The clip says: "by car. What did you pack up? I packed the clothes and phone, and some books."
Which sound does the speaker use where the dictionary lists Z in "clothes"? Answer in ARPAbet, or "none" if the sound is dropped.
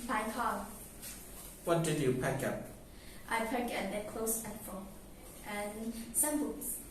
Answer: S